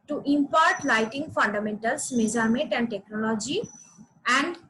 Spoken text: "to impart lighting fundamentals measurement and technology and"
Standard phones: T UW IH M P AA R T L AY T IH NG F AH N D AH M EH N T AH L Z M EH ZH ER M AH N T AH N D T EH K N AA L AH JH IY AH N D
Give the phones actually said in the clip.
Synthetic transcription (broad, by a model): T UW IH M P AA R T L AY T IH NG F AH N D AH M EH N T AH L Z M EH Z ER M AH T AH N D T EH K N AA L AH JH IY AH N D